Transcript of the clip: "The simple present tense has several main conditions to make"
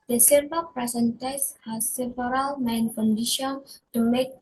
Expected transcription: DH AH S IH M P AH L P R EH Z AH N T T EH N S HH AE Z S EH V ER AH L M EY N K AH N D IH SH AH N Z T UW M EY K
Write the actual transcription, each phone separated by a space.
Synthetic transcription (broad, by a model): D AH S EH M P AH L P R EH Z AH N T T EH S HH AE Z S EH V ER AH L M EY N K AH N D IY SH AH N T UW M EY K